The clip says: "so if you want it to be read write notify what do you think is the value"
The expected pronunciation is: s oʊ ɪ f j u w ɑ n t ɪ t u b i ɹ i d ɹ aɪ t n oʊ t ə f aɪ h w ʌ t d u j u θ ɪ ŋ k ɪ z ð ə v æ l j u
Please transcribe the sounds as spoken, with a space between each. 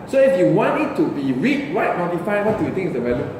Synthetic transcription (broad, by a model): s oʊ ɪ f j u w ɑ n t ɪ t u b i ɹ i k ɹ aɪ t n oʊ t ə f aɪ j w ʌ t d u j u t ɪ ŋ ɪ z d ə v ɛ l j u